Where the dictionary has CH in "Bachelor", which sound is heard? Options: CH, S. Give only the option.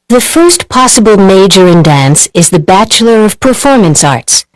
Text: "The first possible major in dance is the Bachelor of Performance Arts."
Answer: CH